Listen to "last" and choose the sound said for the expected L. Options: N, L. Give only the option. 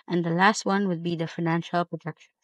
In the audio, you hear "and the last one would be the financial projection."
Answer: L